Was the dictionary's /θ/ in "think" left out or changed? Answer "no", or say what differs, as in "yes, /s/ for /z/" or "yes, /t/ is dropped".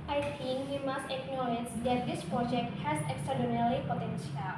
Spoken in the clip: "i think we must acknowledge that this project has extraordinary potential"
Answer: yes, /t/ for /θ/